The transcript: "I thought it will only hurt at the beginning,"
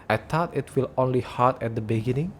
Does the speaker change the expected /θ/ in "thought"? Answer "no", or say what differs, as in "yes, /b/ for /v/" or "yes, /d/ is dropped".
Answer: yes, /t/ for /θ/